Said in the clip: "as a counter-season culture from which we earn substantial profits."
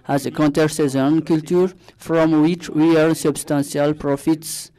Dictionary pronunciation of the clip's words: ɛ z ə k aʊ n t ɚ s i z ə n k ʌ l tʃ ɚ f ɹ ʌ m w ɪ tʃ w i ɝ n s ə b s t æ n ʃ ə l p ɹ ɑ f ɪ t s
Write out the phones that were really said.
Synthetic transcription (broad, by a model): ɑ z ə k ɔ n t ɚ s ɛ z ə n k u l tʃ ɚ f ɹ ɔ m w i tʃ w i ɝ l s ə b s t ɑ n s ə l p ɹ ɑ f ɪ t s